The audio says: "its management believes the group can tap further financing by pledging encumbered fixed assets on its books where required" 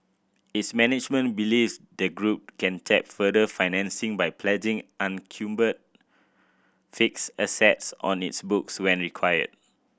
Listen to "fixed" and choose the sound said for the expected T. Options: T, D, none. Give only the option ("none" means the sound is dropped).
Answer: none